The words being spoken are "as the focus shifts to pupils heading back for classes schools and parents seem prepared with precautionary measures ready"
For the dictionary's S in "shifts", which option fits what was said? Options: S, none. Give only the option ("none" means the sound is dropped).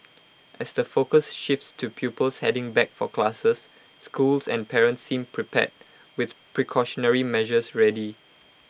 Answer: S